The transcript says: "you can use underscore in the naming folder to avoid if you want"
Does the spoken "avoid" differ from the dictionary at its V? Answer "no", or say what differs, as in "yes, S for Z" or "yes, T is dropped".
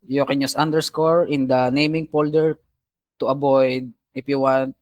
yes, B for V